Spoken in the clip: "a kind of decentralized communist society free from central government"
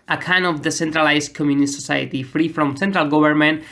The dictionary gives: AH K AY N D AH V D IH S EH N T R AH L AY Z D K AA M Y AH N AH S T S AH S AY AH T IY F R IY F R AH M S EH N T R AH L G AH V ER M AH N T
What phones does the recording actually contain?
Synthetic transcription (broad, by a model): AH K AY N AH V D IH S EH N T R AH L AY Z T K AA M Y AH N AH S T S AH S AY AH T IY F R IY F R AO M S EH N T R AH L G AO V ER M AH N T